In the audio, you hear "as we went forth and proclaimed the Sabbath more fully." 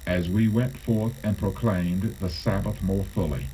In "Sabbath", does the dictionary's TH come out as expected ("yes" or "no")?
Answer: yes